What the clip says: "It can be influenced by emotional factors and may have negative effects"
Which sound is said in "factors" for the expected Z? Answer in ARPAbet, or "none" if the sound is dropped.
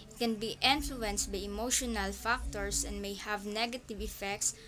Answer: S